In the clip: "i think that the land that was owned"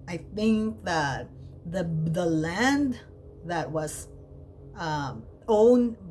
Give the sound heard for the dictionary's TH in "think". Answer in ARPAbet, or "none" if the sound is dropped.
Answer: TH